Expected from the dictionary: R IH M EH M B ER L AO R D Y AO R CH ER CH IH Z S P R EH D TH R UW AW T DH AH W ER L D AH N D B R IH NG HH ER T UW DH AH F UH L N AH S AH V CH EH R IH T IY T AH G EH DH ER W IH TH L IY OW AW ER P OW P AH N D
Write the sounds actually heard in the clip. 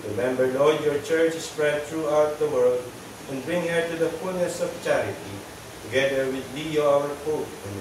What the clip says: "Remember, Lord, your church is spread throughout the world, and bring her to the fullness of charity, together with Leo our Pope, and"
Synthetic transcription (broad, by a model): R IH M EH M B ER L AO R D Y AO R CH ER CH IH S P R EH D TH R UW AW T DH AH W ER L D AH N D B R IH NG HH ER T UW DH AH F UH L N AH S AH V CH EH R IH T IY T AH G EH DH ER W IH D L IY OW AW ER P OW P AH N